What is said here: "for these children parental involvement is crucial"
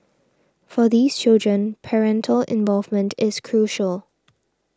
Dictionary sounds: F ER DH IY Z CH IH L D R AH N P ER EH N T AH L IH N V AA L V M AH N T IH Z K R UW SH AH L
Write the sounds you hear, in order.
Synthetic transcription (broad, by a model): F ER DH IY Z CH IH L D R AH N P ER EH N T AH L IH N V AA L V M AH N T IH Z K R UW SH AH L